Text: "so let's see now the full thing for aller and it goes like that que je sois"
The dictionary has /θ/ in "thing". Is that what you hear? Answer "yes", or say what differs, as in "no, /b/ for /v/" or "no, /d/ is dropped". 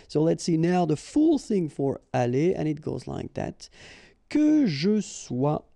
yes